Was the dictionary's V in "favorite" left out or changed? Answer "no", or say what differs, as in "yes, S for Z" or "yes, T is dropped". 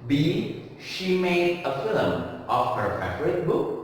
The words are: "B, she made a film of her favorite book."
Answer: yes, F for V